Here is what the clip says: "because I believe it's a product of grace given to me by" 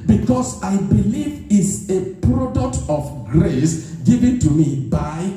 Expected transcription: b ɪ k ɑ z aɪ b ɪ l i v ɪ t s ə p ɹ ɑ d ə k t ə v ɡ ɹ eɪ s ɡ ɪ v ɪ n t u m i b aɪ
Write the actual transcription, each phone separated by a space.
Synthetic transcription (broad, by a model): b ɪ k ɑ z aɪ b ɪ l i v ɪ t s ə p ɹ ɑ d ə k t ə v ɡ ɹ eɪ s ɡ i v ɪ n t u m i b aɪ